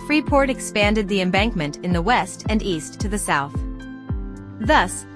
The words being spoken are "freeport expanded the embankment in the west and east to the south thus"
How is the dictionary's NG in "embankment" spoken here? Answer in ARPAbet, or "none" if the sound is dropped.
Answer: NG